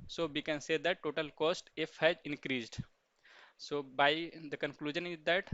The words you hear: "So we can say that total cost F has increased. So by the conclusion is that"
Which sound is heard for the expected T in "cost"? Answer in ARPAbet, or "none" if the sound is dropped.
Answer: T